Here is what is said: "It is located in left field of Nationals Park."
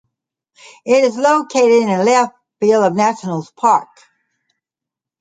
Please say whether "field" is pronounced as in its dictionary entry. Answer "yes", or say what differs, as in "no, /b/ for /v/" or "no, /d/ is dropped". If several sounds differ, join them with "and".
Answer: no, /d/ is dropped